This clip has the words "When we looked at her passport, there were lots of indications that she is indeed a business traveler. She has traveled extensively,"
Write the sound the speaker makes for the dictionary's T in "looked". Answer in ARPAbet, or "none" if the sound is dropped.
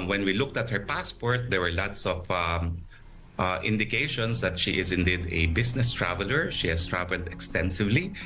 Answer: T